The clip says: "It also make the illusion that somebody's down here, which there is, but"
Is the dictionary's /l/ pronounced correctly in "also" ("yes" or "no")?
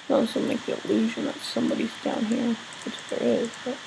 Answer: no